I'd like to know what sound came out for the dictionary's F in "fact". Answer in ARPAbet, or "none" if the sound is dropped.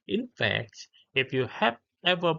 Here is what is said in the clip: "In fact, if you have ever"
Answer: F